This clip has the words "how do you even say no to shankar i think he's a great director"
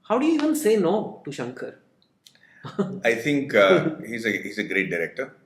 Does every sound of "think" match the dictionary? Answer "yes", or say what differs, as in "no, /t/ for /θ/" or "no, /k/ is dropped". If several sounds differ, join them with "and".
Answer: no, /t/ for /θ/